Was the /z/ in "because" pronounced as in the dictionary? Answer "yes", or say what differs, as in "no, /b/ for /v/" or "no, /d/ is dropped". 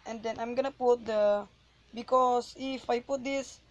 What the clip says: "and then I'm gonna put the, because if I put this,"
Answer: no, /s/ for /z/